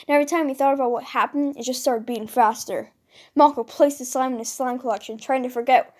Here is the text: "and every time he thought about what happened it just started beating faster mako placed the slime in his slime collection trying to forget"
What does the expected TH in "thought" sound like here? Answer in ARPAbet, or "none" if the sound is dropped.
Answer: TH